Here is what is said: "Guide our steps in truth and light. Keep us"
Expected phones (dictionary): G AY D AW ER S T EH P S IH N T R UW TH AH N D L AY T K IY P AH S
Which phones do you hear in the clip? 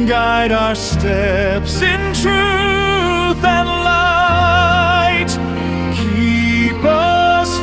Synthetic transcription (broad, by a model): G AY D AW ER S T EH P S IH N T R UW TH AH N L AY T K IY P AH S